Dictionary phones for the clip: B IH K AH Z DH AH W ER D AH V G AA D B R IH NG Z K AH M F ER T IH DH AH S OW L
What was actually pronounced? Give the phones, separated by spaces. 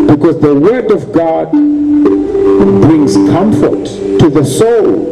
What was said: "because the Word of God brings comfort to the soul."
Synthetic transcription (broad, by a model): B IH K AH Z DH AH W ER D AH V G AA D B R IH NG Z K AH M F ER T IH DH AH S OW L